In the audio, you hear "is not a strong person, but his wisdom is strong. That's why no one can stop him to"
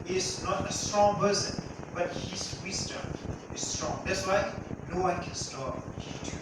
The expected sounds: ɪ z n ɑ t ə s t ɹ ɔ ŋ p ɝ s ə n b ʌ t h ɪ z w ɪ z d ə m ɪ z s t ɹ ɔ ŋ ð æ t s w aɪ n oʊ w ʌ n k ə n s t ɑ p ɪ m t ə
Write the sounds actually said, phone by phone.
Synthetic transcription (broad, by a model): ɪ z n ɑ t ə s t ɹ ɔ ŋ b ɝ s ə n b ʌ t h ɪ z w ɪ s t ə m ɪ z s t ɹ ɔ ŋ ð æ t s w aɪ n oʊ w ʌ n k ə n s t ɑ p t